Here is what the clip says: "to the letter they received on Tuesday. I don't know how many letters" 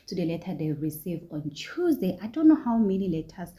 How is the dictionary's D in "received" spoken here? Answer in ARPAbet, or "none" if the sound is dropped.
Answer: none